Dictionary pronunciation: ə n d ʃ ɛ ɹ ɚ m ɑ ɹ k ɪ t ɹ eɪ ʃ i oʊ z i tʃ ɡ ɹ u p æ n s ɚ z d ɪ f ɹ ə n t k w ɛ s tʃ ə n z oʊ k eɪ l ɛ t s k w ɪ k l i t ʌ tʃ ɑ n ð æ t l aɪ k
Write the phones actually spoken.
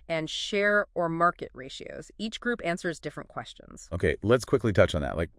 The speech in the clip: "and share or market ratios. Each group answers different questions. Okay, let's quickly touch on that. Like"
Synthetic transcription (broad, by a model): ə n ʃ ɛ ɹ ɚ m ɑ ɹ k ɪ t ɹ eɪ ʃ i oʊ z i tʃ ɡ ɹ u p æ n s ɚ z d ɪ f ɹ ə n k w ɛ s tʃ ə n z oʊ k eɪ l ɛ t s k w ɪ k l i t ʌ tʃ n ð æ t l aɪ k